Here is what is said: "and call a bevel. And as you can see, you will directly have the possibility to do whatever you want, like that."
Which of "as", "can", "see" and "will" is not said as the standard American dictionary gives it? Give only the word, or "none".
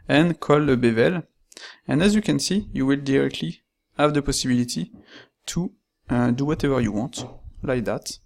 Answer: none